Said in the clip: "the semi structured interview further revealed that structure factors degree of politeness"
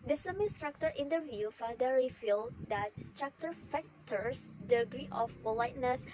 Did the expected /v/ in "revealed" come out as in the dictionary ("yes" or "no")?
no